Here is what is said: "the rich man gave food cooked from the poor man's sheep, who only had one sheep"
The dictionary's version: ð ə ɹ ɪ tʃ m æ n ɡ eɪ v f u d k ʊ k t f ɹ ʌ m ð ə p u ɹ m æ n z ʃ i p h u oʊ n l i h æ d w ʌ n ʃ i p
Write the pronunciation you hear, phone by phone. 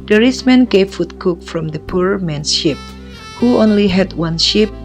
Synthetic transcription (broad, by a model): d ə ɹ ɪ s m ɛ n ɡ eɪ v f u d k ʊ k f ɹ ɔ m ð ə p u ɹ m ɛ n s ʃ i p h u oʊ n l i h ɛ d w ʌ n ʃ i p